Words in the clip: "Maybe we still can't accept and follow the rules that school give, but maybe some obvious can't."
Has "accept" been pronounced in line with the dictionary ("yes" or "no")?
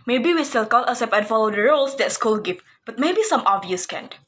no